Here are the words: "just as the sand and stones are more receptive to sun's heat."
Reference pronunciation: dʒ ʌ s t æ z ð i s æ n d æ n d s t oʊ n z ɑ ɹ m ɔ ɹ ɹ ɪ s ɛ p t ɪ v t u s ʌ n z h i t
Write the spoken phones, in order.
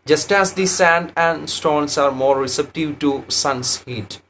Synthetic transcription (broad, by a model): dʒ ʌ s t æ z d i s æ n d æ n d s t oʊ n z ɑ ɹ m ɔ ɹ ɹ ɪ s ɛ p t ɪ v t u s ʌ n s h i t